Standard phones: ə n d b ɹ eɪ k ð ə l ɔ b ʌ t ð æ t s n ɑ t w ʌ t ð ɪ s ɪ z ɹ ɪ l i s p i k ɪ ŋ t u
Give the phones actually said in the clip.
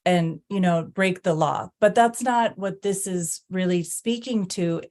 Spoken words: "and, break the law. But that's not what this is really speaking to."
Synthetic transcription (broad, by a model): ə n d b ɹ eɪ k ð ə l ɔ b ʌ t ð æ t s n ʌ t w ʌ t ð ɪ s ɪ z ɹ ɪ l i s p i k ɪ ŋ t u